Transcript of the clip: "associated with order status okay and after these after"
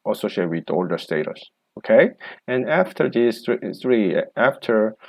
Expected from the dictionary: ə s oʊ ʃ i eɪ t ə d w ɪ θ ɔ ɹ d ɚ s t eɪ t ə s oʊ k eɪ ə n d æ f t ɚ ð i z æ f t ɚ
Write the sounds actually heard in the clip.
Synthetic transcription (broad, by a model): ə s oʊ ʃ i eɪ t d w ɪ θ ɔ l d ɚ s t eɪ t ə s oʊ k eɪ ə n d æ f t ɚ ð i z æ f t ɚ